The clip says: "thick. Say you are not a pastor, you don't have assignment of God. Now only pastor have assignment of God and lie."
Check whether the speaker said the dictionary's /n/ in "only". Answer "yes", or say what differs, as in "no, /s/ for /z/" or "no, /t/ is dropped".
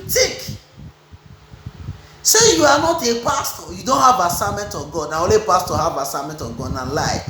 no, /n/ is dropped